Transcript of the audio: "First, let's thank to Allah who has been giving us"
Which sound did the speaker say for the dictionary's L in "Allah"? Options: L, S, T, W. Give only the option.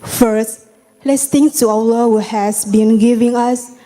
W